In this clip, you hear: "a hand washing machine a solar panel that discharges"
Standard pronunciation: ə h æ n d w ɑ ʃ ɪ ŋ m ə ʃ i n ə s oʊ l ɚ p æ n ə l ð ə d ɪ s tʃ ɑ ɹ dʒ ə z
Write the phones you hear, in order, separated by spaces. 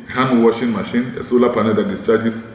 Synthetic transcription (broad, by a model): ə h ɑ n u w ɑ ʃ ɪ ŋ m ə ʃ i n ə s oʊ l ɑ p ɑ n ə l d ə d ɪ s tʃ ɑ dʒ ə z